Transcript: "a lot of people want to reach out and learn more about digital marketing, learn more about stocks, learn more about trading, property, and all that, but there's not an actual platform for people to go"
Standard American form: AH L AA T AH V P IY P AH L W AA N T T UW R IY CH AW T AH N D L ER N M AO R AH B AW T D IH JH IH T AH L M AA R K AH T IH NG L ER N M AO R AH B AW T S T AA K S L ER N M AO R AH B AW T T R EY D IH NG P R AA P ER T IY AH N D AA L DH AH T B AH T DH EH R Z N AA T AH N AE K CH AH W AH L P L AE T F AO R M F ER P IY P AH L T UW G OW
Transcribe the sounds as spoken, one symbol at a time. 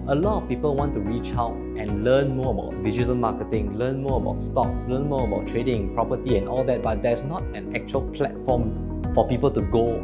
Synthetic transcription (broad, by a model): AH L AA T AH F P IY P AH L W AA N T T UW R IY CH AW T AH N L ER N M AO AH B AW T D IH JH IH T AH L M AA K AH T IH NG L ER N M AO AH B AW T S T AA K S L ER N M AO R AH B AW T T R EY D IH NG P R AA P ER T IY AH N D AA L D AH T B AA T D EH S N AA T AH N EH K CH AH AH L P L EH T F AO M F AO P IY P AH L T UW G OW